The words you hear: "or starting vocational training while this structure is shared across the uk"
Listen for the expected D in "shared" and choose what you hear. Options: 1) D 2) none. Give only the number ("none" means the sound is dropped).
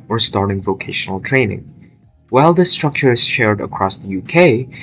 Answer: 1